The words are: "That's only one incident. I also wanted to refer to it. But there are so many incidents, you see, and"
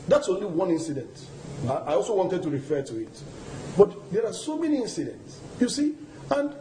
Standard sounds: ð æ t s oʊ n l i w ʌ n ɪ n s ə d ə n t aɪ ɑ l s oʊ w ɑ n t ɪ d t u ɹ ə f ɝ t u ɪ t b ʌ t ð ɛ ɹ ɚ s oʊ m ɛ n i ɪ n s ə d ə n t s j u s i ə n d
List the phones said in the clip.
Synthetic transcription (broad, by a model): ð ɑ t s oʊ n l i w ʌ n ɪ n s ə d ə n t aɪ ɑ l s oʊ w ɑ n t ɪ d t u ɹ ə f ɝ t u ɪ t b ʌ t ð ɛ ɹ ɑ s oʊ m ɛ n i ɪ n s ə d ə n t s j u s i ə n d